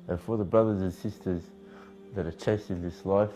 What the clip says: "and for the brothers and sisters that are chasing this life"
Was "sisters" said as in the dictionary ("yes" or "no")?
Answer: yes